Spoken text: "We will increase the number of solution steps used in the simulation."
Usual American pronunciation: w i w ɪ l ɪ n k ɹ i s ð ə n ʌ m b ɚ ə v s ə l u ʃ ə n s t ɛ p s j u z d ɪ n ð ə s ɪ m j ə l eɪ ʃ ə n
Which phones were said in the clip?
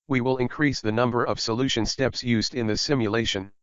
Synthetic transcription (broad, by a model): w i w ɪ l ɪ n k ɹ i s ð ə n ʌ m b ɚ ə v s ə l u ʃ ə n s t ɛ p s j u z d ɪ n ð ə s ɪ m j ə l eɪ ʃ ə n